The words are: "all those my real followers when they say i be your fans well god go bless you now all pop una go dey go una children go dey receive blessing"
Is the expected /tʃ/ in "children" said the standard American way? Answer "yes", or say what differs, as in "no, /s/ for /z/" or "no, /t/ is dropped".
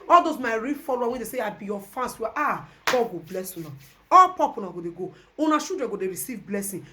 no, /ʃ/ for /tʃ/